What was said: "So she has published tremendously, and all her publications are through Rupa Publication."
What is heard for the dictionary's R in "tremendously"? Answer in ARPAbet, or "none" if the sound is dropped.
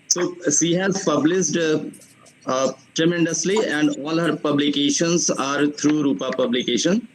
R